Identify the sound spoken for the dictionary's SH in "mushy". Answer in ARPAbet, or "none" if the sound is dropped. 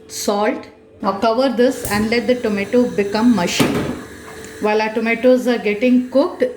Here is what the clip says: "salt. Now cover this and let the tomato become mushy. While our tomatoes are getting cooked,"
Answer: SH